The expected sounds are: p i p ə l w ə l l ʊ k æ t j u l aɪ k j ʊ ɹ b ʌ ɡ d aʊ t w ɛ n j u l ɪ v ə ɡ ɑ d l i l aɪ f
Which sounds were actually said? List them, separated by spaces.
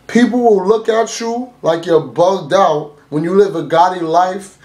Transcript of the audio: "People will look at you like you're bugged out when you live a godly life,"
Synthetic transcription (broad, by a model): p i p l w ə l l ʊ k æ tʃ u l aɪ k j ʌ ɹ b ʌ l d aʊ t w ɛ n j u l ɪ v ə ɡ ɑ d i l aɪ f